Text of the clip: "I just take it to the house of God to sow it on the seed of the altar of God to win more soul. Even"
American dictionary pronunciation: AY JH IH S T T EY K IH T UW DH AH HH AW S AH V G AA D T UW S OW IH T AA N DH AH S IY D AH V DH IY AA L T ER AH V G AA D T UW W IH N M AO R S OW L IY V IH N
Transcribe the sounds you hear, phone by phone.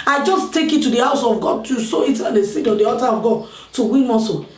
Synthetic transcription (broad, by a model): AY JH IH S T T EY K IH T UW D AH HH AW S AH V G AA D T UW S OW IH T AA N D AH S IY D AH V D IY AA T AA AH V G AA D T UW W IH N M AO S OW